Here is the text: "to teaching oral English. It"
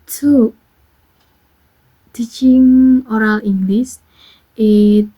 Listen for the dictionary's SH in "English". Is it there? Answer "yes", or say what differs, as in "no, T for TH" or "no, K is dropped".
no, S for SH